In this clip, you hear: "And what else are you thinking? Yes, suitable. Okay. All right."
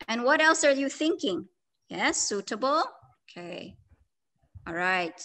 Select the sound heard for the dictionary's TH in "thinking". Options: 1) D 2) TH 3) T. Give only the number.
2